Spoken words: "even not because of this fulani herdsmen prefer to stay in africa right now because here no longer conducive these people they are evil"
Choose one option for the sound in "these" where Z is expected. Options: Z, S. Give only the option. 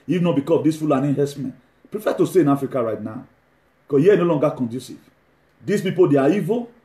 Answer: S